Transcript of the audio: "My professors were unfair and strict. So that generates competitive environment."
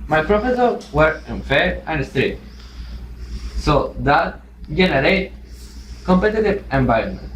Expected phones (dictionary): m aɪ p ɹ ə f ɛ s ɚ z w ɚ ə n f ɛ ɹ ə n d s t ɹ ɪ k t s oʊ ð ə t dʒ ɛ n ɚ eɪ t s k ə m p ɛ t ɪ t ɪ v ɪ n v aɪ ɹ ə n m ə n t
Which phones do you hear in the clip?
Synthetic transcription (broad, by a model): m aɪ p ɹ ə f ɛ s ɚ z w ɚ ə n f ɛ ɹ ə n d s t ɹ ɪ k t s oʊ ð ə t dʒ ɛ n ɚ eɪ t k ə m p ɛ t ɪ t ɪ v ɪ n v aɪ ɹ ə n m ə n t